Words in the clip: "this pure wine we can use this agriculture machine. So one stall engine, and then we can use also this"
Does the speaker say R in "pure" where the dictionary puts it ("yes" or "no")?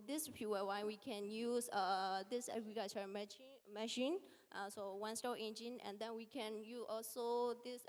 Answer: no